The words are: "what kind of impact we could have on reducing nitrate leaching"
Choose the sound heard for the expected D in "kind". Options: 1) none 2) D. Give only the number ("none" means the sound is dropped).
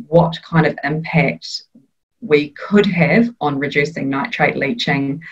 2